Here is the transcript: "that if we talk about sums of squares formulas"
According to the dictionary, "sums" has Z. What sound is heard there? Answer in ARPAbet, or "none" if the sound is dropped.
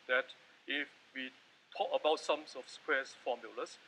S